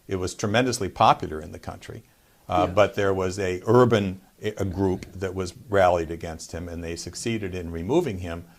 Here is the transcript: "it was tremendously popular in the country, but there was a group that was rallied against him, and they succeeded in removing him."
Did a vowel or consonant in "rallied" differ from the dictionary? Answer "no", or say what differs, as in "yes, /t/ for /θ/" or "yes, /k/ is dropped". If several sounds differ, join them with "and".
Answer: no